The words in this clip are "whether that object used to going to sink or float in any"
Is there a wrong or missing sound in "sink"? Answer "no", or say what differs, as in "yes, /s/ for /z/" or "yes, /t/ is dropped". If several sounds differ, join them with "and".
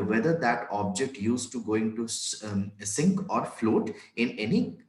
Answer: no